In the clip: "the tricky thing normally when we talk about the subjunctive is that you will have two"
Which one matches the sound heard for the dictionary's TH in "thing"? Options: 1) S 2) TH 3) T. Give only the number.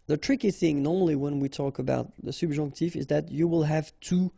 2